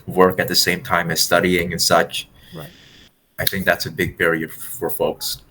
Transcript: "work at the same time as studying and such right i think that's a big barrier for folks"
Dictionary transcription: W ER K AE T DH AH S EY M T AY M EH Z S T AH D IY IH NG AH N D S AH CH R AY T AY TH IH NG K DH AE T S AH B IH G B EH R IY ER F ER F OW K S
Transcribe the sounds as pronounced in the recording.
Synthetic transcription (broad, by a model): W ER K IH T DH AH S EY M T AY M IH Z S T AH D IY IH NG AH N S AH CH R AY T AY TH IH NG K DH AE T S AH B IH G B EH R IY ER F ER F OW K S